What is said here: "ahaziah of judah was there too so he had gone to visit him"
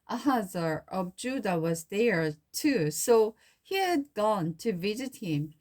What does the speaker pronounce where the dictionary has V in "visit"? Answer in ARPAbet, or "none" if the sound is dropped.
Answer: V